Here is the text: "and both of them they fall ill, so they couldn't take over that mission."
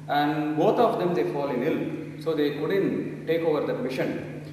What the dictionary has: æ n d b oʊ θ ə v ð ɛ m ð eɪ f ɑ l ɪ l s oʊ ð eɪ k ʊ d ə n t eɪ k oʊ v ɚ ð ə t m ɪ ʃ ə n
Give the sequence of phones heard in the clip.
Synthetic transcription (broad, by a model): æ n d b oʊ t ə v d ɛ m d eɪ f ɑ l ɪ l s oʊ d eɪ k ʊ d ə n t eɪ k oʊ v ɚ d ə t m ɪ ʃ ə n